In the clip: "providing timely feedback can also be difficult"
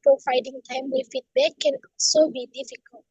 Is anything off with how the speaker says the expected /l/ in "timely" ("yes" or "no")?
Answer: yes